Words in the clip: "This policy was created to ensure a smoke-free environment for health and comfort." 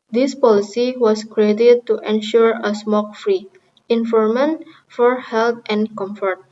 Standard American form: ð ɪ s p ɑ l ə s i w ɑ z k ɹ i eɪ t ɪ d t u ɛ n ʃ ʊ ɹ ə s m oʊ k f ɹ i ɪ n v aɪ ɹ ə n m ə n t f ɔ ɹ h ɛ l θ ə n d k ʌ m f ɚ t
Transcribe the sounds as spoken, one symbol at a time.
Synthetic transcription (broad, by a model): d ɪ s p ɑ l ə s i w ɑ s k ɹ i eɪ t ɪ d t u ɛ n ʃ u ɹ ə s m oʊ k f ɹ i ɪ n f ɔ ɹ m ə n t f ɔ ɹ h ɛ l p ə n k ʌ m f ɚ t